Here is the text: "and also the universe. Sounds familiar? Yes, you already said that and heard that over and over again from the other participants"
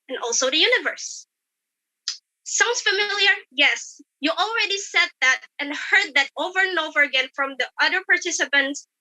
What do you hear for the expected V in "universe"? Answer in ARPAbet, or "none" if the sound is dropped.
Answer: V